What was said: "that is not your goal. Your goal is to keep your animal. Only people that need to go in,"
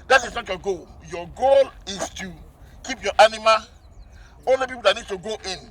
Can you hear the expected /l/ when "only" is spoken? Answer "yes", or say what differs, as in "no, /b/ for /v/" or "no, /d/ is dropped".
yes